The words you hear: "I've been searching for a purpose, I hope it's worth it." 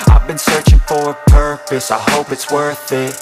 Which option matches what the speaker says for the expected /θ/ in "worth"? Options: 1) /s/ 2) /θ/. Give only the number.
2